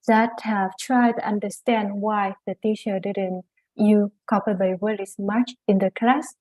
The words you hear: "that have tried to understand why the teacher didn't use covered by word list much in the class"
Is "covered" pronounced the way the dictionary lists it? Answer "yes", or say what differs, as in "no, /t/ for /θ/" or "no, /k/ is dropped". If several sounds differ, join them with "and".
no, /p/ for /v/